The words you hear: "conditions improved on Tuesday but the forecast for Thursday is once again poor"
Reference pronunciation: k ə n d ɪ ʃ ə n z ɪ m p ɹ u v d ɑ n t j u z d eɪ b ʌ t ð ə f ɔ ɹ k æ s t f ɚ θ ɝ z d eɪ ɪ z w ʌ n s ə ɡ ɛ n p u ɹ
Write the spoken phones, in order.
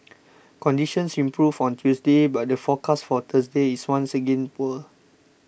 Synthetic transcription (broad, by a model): k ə n d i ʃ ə n s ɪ m p ɹ u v ɑ n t j u s d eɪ b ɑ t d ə f ɔ k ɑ s f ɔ t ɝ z d eɪ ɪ s w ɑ n s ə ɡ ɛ n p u l